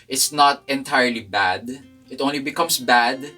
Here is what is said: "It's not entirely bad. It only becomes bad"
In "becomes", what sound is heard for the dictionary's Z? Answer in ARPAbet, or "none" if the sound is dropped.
S